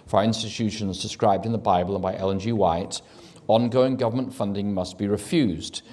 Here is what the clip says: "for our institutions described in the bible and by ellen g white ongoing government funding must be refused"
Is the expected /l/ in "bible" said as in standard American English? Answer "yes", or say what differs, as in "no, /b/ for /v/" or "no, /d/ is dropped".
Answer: yes